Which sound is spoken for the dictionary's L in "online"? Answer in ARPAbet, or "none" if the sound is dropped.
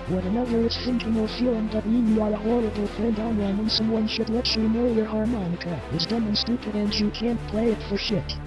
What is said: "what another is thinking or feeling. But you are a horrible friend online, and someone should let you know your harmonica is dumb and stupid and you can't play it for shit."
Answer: W